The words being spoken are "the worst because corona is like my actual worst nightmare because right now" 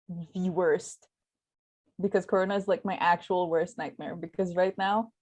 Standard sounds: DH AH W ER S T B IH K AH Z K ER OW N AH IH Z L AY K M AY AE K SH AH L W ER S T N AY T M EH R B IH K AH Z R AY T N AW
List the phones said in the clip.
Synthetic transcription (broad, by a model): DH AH W ER S T B IH K AH Z K ER OW N AH IH Z L AY K M AY AE K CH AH L W ER S T N AY T M EH R B IH K AH Z R AY T N AW